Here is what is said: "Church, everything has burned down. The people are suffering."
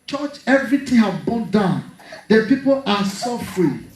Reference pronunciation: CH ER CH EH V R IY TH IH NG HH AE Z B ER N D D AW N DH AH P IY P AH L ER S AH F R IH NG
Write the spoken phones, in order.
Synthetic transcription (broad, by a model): CH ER CH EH V R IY T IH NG HH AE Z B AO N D D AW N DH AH P IY P AH L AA S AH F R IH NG